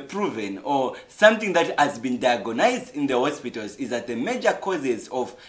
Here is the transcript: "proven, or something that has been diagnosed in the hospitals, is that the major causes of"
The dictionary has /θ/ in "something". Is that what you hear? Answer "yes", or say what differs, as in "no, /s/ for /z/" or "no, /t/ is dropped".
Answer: yes